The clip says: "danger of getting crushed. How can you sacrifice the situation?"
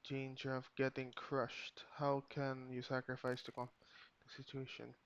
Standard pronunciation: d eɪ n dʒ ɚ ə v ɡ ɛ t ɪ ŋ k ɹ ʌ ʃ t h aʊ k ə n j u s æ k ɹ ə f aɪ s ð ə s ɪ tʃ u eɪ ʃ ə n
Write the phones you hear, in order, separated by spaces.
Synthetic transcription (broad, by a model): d eɪ n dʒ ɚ ə v ɡ ɛ t ɪ ŋ k ɹ ʌ ʃ t h aʊ k ə n j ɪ s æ k ɹ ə f aɪ s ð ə s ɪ tʃ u eɪ ʃ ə n